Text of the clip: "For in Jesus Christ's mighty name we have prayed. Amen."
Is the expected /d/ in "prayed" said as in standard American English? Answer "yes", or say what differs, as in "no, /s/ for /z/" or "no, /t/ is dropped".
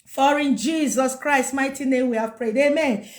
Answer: yes